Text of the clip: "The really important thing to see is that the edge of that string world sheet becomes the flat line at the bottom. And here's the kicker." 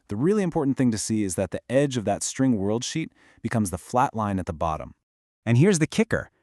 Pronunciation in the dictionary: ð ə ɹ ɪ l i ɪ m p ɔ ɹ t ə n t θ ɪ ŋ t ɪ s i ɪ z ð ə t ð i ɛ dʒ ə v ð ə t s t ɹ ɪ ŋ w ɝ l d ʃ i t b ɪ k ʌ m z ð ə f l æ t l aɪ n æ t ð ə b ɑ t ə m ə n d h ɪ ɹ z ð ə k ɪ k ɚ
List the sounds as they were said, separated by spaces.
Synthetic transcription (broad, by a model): ð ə ɹ ɪ l i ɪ m p ɔ ɹ t n θ ɪ ŋ t ɪ s i ɪ z ð ə t ð i ɛ dʒ ə v ð ə t s t ɹ ɪ ŋ w ɝ l d ʃ i t b ɪ k ʌ m z ð ə f l æ t l aɪ n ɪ t ð ə b ɑ t ə m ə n h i ɹ z ð ə k ɪ k ɚ